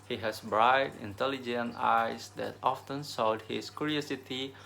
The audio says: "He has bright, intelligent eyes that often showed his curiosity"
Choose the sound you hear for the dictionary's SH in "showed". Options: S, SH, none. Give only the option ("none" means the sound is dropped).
S